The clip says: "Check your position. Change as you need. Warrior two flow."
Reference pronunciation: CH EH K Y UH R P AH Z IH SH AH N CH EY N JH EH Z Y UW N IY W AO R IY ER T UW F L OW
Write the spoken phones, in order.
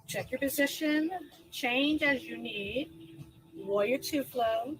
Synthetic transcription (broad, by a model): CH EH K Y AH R P AH Z IH SH AH N CH EY N JH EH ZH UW N IY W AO IY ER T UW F L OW